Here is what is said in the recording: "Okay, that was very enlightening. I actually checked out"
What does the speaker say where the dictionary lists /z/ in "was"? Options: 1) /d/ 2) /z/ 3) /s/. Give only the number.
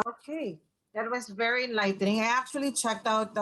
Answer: 2